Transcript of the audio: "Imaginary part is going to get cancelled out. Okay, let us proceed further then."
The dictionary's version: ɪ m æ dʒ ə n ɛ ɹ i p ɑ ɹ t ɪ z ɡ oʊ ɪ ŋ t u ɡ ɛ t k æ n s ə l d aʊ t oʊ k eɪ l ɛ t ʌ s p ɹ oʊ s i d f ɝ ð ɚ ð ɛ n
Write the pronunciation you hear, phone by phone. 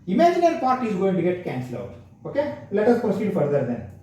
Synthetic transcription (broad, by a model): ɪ m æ dʒ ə n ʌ ɹ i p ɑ ɹ t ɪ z ɡ oʊ ɪ ŋ t u ɡ ɛ t k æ n s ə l aʊ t oʊ k eɪ l ɛ t ʌ s p ɹ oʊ s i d f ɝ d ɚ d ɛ n